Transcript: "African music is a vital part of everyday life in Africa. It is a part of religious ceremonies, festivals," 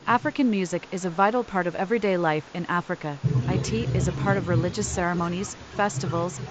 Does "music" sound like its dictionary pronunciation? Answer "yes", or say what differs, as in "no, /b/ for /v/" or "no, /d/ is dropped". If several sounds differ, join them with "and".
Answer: yes